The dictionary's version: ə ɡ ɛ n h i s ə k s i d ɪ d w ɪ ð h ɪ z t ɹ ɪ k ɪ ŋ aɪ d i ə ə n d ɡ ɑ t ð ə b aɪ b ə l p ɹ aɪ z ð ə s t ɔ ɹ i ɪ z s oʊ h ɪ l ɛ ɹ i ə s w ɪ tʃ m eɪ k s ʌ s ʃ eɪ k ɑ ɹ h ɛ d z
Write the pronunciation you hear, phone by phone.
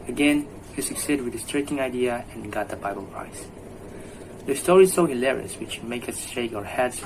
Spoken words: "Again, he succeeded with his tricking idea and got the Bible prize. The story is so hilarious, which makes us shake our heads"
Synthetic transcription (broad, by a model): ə ɡ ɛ n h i s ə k s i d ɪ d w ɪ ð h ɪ s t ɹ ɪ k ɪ ŋ aɪ d i ə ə n ɡ ɑ t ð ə b aɪ b ə l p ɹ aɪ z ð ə s t ɔ ɹ i s oʊ h ɪ l ɛ ɹ i ə s w ɪ tʃ m eɪ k ʌ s ʃ eɪ k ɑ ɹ h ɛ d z